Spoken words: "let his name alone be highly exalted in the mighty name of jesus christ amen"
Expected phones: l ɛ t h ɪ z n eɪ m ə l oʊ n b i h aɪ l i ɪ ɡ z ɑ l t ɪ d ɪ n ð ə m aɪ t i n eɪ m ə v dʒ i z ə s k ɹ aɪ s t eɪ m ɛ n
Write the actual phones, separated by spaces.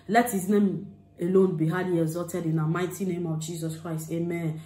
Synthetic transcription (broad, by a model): l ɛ t h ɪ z n eɪ m ə l oʊ n b i h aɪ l i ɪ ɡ z ɑ t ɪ d ɪ n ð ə m aɪ t i n eɪ m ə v dʒ i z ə s k ɹ aɪ s t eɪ m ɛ n